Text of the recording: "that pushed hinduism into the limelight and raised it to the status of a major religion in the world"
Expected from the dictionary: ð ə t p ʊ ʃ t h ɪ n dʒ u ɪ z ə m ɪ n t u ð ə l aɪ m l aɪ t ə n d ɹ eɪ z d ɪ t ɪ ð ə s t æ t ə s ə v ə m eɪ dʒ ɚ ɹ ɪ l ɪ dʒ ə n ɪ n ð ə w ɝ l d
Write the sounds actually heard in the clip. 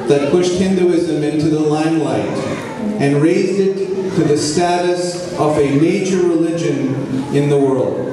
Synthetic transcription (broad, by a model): ð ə t p ʊ ʃ t h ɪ n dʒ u ɪ z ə m ɪ n t u ð ə l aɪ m l aɪ t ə n ɹ eɪ z d ɪ t ɪ ð ə s t æ t ə s ə v ə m eɪ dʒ ɚ ɹ ɪ l ɪ dʒ ə n ɪ n ð ə w ɝ l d